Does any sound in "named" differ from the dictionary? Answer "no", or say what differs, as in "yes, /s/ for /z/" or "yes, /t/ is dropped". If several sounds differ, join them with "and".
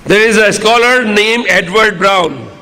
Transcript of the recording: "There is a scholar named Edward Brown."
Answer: yes, /d/ is dropped